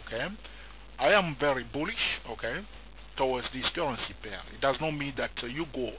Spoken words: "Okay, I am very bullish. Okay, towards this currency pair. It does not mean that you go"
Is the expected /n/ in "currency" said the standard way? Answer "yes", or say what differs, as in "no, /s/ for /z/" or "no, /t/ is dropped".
yes